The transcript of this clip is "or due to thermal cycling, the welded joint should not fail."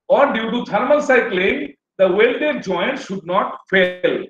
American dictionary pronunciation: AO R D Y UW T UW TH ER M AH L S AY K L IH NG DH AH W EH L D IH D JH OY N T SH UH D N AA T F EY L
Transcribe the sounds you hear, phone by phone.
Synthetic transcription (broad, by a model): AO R D Y UW T UW T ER M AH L S AY K L IH NG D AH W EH L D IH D JH OY N T SH UH D N AA T F EY L